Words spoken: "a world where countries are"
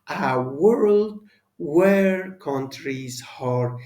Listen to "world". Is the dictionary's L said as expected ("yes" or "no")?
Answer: yes